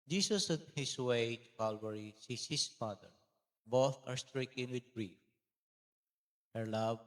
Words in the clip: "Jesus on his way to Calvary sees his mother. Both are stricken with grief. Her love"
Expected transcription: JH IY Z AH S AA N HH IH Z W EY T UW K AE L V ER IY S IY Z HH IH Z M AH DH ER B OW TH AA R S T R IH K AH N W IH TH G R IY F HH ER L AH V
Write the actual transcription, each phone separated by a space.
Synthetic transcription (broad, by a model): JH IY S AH S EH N HH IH S W EY T UW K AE L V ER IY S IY S HH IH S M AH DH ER B OW TH AA R S T R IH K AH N W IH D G R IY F HH ER L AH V